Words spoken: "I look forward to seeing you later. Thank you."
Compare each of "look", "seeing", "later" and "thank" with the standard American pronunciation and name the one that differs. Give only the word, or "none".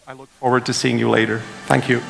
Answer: none